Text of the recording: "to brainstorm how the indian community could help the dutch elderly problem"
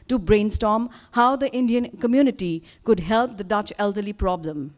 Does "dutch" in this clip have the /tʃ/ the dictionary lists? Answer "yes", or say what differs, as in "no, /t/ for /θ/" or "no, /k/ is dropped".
yes